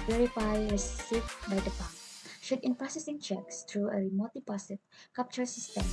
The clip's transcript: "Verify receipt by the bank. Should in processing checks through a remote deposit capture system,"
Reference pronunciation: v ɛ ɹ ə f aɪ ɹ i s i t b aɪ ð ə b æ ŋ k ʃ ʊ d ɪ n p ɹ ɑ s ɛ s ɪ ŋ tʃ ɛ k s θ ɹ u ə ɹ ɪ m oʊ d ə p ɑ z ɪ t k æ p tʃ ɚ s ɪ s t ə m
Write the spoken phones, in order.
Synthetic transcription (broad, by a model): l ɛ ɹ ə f aɪ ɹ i s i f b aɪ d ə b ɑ k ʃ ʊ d ɪ n p ɹ ɑ s ɛ s ɪ ŋ tʃ ɛ k s t ɹ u ə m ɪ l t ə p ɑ s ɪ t k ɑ p tʃ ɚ s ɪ s t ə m